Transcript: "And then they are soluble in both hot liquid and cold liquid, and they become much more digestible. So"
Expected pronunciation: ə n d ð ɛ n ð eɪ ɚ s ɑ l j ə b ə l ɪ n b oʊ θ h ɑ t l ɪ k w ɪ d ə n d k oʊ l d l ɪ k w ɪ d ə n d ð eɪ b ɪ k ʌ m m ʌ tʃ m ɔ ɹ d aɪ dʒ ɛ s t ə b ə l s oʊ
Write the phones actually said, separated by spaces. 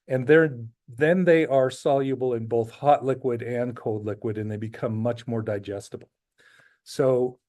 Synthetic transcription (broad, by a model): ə n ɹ ð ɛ n ð eɪ ɚ s ɑ l j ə b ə l ɪ n b oʊ θ h ɑ t l ɪ k w ɪ d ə n k oʊ l d l ɪ k w ɪ d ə n ð eɪ b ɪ k ʌ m m ʌ tʃ m ɔ ɹ d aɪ dʒ ɛ s t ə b l s oʊ